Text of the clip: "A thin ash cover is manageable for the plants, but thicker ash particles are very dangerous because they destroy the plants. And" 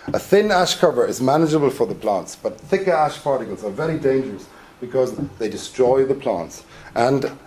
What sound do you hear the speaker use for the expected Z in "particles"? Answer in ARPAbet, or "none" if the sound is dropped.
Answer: Z